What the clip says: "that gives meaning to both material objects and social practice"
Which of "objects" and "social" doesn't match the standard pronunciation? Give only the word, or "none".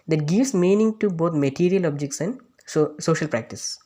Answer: none